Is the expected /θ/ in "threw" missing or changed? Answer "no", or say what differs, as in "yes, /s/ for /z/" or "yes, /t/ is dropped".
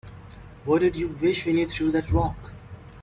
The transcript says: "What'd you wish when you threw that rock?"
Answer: yes, /t/ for /θ/